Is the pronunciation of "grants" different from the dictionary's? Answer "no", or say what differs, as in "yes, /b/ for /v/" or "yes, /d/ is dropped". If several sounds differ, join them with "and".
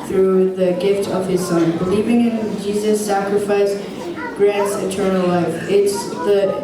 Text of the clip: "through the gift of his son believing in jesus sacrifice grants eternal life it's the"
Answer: no